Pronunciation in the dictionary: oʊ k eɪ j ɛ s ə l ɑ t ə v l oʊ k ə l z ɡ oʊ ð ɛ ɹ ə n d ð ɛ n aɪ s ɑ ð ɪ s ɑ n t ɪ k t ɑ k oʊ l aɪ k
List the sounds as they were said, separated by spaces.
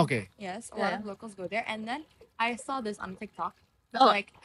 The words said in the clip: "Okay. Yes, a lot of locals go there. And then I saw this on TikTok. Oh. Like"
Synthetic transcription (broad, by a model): oʊ k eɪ j ɛ s ə l ɑ t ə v l oʊ k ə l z ɡ oʊ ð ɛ ɹ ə n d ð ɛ n aɪ s ɑ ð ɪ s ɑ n t ɪ k t ɑ k oʊ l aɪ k